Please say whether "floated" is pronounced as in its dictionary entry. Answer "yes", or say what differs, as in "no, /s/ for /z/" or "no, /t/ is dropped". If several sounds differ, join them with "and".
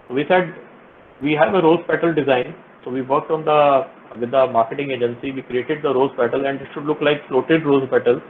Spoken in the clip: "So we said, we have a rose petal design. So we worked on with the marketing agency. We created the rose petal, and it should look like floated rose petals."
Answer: yes